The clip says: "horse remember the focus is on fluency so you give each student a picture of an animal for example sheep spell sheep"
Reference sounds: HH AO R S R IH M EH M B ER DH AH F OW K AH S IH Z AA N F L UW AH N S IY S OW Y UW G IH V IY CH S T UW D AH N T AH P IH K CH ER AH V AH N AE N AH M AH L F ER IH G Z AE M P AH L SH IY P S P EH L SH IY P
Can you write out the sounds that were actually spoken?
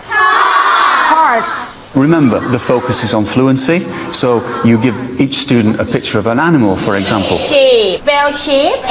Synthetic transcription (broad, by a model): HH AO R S R IH M EH M B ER DH AH F OW K AH S IH Z N F L UW AH N S IY S OW Y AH G IH V IY CH S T UW D N T AH P IH K CH ER AH V AH N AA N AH M AH L F ER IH G Z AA M P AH L SH IY P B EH L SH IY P